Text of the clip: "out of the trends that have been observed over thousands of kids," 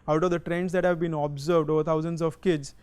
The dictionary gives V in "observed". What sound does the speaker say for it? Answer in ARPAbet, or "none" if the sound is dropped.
V